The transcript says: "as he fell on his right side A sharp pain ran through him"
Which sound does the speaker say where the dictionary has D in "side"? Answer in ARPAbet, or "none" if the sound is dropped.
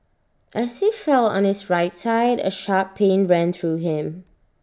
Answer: D